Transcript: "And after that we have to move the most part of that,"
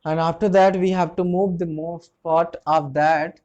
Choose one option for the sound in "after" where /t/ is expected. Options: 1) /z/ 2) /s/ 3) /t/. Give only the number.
3